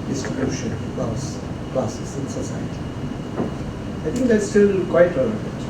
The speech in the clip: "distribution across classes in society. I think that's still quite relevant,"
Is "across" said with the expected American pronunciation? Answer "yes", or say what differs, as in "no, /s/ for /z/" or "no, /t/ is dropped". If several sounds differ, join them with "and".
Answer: no, /l/ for /ɹ/